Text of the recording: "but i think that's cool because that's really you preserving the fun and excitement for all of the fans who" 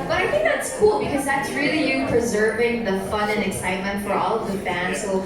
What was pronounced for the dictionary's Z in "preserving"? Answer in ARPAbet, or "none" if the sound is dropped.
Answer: Z